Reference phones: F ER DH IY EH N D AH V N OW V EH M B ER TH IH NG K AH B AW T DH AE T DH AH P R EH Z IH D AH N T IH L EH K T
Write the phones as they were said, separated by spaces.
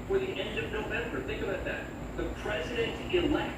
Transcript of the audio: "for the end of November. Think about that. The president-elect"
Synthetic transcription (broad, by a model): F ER DH IY EH N D AH V N OW V EH M B ER TH IH NG K AH B AW T DH AE T DH AH P R EH Z IH D AH N T IH L EH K